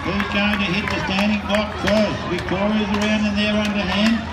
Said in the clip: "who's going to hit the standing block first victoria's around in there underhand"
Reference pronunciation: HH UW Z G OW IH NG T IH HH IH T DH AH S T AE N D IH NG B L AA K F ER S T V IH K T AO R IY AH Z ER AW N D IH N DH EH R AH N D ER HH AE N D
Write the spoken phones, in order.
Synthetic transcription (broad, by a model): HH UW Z G OW IH NG T IH HH IH T DH AH S T AE N D IH NG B AA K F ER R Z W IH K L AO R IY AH Z ER AW N D IH N DH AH R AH N D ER HH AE N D